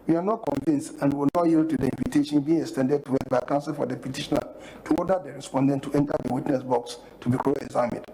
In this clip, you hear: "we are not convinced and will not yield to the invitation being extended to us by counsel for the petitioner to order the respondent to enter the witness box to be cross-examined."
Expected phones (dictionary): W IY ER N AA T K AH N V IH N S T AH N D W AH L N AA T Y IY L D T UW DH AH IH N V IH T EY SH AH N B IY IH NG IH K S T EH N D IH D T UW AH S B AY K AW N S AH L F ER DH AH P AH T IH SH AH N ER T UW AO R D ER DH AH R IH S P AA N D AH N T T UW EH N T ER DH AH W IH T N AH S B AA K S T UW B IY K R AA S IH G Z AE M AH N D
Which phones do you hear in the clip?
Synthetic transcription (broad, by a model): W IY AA N AA T K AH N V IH N S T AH N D W AH L N AA T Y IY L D T UW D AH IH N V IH T EY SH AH N B IY IH NG IH K S T EH N D IH D T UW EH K B AY K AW N S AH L F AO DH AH P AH T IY SH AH N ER T UW AO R D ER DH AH R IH S P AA N D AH N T T UW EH N T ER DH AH W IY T N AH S B AA K S T UW B IY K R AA IH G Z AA M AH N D